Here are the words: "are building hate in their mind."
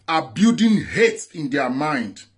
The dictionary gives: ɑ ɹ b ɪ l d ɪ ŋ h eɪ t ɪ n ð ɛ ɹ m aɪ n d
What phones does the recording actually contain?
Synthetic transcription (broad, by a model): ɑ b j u d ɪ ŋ h eɪ t ɪ n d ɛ m aɪ n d